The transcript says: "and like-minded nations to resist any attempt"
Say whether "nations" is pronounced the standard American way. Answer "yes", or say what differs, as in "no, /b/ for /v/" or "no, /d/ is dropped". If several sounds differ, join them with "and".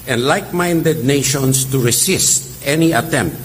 no, /s/ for /z/